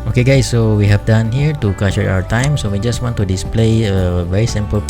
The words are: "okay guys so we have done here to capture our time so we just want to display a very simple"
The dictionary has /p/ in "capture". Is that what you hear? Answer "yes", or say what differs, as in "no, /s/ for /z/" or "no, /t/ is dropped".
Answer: no, /p/ is dropped